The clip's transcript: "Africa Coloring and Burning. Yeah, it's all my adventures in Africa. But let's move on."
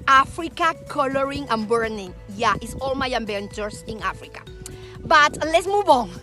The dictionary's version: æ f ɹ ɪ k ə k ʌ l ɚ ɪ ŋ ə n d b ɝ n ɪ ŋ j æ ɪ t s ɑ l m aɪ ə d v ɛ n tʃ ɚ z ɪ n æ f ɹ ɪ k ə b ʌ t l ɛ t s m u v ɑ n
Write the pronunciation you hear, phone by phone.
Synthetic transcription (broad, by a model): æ f ɹ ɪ k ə k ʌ l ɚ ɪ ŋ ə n b ɝ n ɪ ŋ j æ ɪ t s ɑ l m aɪ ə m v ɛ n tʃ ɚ s ɪ n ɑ f ɹ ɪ k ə b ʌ t l ɛ t s m u v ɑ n